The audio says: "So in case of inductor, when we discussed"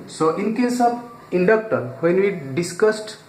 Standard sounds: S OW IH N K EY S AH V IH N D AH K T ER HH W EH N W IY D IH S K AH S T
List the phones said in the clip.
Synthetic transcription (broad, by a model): S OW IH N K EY S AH B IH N D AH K T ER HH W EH N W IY D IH S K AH S T